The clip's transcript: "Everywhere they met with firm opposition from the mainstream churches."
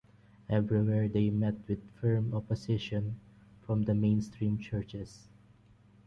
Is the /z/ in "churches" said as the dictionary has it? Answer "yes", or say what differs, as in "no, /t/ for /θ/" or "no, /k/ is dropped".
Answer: no, /s/ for /z/